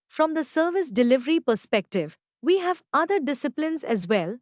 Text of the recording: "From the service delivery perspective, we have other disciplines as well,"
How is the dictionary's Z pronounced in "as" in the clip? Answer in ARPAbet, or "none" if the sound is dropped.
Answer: Z